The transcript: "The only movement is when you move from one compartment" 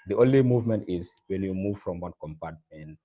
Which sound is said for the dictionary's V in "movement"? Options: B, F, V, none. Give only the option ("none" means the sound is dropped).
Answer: V